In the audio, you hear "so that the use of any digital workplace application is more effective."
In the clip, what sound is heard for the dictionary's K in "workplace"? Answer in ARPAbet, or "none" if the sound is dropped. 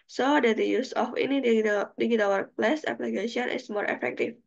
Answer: none